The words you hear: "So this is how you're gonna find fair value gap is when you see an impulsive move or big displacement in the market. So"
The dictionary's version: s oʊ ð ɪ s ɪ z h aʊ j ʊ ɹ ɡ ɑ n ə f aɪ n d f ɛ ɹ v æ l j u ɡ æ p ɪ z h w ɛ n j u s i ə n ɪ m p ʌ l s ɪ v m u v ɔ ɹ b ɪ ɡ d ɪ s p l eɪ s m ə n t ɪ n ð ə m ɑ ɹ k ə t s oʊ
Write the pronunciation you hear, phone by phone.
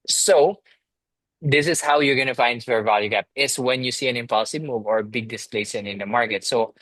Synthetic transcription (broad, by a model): s oʊ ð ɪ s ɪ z h aʊ j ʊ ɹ ɡ ɑ n ə f aɪ n d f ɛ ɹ v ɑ l j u ɡ æ p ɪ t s w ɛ n j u s i ə n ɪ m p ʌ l s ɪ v m u v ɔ ɹ b ɪ ɡ d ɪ s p l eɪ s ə n ɪ n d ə m ɑ ɹ k ə t s oʊ